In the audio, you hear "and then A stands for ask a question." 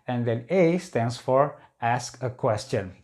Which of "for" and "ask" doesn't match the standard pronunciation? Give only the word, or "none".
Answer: none